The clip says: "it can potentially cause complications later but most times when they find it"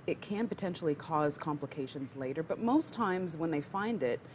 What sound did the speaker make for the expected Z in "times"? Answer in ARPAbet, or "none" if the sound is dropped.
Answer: Z